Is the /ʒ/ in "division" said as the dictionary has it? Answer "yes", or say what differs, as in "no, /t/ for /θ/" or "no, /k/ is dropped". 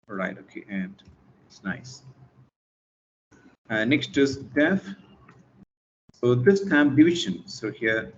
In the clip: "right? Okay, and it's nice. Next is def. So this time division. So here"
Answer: no, /ʃ/ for /ʒ/